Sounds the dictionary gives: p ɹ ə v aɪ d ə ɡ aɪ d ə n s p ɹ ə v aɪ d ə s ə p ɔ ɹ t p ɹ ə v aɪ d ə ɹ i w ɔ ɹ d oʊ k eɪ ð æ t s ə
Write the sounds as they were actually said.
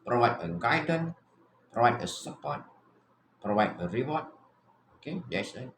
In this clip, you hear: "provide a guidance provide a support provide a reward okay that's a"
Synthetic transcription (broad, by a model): p ɹ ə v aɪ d ə ɡ aɪ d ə n p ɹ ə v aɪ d ə s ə p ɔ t p ɹ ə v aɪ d ə ɹ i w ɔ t oʊ k eɪ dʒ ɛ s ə